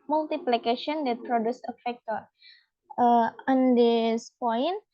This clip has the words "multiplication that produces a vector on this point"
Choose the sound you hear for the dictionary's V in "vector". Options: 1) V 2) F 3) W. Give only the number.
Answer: 2